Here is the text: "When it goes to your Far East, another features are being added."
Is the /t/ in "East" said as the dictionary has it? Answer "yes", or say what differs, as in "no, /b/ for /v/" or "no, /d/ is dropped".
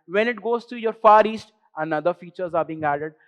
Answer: yes